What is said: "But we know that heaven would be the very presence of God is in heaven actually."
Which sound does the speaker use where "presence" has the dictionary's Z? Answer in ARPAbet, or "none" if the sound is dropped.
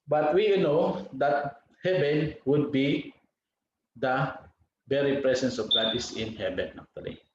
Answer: S